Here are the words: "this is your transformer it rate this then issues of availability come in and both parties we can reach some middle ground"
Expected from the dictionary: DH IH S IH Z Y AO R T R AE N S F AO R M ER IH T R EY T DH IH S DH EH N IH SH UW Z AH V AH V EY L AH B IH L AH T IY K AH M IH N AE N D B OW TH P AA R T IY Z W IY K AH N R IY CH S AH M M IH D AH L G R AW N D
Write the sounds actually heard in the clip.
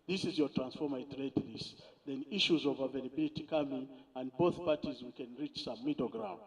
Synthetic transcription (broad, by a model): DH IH S IH Z Y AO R T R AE N S F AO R M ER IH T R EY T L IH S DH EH N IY SH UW Z AH V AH V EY L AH B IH L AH T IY K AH M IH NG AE N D B OW TH P AA R T IY Z W IY K AH N R IY CH S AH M M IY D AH G R AW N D